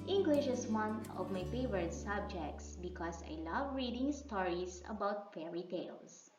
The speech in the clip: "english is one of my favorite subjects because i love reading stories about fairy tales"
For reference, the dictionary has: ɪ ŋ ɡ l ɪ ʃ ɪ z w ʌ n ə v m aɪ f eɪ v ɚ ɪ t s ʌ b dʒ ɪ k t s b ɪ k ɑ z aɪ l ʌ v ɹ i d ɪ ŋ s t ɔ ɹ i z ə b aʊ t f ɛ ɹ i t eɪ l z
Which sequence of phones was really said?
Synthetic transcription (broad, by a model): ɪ ŋ ɡ l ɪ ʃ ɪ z w ʌ n ə v m aɪ f eɪ v ɚ ɪ t s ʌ b dʒ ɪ k t s b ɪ k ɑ s aɪ l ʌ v ɹ i d ɪ ŋ s t ɔ ɹ i s ə b aʊ t f ɛ ɹ i t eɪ l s